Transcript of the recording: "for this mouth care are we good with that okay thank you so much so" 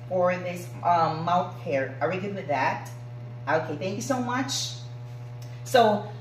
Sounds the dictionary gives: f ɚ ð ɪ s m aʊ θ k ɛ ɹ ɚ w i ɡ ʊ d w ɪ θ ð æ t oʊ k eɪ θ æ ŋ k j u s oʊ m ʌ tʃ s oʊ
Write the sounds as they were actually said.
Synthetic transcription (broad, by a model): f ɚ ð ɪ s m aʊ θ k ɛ ɹ ɚ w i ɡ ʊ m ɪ ð æ t oʊ k eɪ θ æ ŋ k j u s oʊ m ʌ tʃ s oʊ